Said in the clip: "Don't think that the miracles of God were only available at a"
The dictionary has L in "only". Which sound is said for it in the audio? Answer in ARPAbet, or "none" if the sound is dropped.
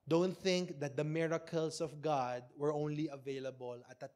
L